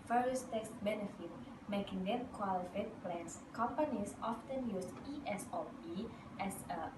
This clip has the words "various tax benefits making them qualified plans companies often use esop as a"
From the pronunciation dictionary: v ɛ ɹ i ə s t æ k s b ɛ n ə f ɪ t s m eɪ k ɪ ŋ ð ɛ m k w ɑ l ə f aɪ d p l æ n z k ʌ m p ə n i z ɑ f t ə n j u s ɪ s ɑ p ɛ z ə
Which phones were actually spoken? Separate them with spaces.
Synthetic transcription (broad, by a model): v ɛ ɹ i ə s t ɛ k s b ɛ n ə f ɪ t m eɪ k ɪ ŋ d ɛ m k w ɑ l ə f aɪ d p l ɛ n s k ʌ m p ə n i s ɑ f t ə n j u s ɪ s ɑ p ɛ s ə